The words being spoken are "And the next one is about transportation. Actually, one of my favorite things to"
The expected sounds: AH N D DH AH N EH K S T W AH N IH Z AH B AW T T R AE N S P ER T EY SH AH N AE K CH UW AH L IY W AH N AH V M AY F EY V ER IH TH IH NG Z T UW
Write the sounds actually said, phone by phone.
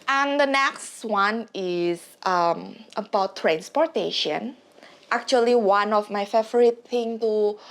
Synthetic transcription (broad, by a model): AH N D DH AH N EH K S T W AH N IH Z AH B AW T T R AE N S P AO T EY SH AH N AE K CH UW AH L IY W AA N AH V M AY F EY V ER IH T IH NG T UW